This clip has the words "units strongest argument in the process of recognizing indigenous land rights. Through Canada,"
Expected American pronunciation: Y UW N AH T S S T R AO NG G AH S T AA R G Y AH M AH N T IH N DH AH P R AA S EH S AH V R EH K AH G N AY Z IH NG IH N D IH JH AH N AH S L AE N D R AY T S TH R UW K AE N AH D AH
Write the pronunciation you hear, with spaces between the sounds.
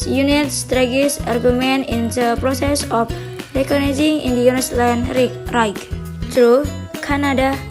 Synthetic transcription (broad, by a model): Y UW N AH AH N S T R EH G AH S AA R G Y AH M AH N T IH N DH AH P R AA S EH S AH F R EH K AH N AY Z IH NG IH N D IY AH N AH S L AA N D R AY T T R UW K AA N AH D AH